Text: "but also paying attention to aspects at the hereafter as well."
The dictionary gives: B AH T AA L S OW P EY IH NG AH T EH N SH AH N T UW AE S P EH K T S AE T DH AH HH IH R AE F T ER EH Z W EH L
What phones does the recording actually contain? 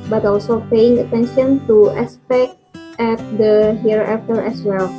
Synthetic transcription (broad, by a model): B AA T AA L S OW P EY IH NG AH T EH N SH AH N T UW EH S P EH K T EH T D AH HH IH R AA F T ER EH S W EH L